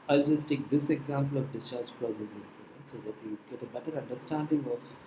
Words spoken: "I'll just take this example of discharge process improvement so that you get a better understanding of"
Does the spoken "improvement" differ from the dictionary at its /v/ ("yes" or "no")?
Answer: yes